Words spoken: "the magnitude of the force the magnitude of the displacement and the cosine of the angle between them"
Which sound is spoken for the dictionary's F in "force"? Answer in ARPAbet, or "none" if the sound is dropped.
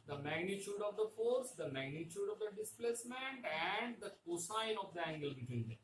F